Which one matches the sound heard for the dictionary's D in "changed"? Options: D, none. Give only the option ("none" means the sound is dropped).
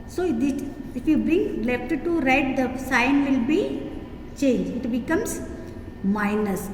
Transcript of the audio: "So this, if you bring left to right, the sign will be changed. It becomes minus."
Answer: none